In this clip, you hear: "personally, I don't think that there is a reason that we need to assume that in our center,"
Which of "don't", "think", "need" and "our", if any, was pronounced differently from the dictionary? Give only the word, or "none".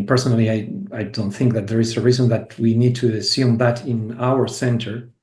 none